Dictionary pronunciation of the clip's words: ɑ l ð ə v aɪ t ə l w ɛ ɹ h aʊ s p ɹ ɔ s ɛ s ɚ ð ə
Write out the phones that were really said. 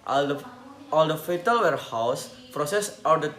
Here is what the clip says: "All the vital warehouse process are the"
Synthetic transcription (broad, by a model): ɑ l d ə f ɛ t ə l w ɛ ɹ h aʊ s p ɹ ɔ s ɛ s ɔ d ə